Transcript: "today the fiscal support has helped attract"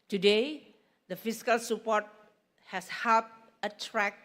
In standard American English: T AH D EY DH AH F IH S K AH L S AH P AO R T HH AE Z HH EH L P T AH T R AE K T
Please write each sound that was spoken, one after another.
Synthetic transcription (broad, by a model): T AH D EY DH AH F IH S K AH L S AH P AO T HH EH S HH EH P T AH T R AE K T